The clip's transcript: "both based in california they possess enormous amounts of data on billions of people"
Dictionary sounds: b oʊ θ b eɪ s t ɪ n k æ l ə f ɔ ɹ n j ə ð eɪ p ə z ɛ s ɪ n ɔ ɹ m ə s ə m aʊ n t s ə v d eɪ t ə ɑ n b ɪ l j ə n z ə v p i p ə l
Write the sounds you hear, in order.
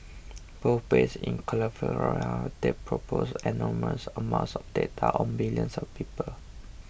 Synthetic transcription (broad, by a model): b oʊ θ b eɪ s ɪ n k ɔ l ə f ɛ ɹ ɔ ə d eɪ p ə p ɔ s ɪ n ɔ m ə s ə m aʊ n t s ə f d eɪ t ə ɑ n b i l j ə n s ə f p i p ə l